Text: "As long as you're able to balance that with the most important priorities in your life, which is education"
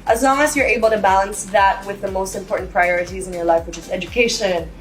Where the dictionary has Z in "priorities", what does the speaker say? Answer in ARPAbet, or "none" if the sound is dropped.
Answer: Z